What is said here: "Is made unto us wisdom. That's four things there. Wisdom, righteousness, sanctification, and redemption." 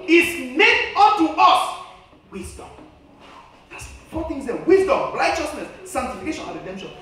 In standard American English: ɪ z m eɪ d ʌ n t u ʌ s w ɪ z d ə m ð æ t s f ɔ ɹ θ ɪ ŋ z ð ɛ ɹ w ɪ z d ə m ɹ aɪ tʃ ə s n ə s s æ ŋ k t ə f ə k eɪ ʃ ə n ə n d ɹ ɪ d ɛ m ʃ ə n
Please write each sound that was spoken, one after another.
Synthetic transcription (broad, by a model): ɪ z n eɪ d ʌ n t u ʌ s w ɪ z d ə m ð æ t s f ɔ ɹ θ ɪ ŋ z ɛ w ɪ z d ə m l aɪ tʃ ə s n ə s s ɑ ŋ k t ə f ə k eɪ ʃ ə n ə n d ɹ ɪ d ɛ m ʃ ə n